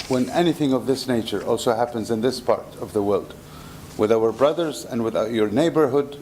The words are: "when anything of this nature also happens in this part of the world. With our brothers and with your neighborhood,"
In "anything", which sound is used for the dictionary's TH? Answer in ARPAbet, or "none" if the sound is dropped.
TH